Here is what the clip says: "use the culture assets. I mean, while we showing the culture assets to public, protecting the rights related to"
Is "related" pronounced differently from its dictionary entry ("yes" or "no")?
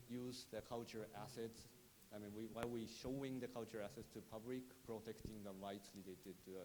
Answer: yes